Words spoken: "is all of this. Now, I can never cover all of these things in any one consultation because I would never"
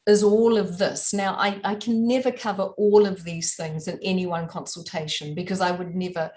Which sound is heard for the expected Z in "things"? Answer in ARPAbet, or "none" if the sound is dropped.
Z